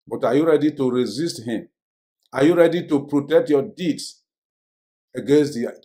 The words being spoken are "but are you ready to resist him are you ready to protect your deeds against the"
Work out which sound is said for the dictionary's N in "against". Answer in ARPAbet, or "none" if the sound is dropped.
N